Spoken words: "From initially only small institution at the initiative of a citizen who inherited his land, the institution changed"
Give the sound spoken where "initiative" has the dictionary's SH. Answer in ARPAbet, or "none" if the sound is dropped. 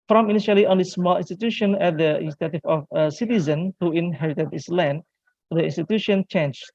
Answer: S